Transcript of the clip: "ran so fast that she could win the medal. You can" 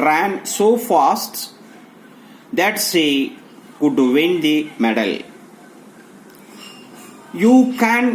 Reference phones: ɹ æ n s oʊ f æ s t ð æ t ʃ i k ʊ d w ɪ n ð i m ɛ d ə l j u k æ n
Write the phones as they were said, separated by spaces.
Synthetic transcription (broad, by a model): ɹ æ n s oʊ f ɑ s t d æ t s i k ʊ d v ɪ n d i m ɛ d ə l j u k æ n